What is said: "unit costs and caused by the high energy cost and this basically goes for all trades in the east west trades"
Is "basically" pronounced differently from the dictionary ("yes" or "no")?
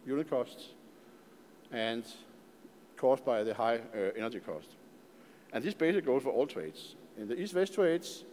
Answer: yes